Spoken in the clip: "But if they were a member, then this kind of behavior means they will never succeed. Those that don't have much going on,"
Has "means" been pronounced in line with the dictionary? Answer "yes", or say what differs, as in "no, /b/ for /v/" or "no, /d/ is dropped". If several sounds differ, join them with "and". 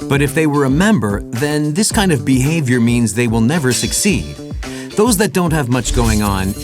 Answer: yes